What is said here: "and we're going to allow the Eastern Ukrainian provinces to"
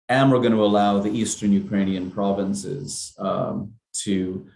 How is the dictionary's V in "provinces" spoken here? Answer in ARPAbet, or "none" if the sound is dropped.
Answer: V